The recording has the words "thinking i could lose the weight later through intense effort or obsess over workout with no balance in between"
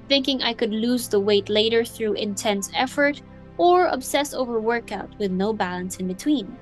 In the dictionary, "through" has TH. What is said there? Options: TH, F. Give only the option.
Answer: TH